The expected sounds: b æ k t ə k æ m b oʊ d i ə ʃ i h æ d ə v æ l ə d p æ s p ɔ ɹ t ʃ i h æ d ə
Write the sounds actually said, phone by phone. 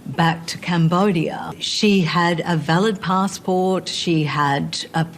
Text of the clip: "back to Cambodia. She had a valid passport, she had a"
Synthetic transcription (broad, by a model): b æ k t ə k æ m b oʊ d i ə ʃ i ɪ d ə v æ l ə d p æ s p ɔ ɹ t ʃ i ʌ d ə